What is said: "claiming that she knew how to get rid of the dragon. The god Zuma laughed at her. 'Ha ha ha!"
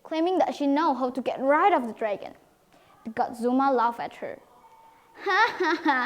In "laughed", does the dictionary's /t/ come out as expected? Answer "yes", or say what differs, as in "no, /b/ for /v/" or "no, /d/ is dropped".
no, /t/ is dropped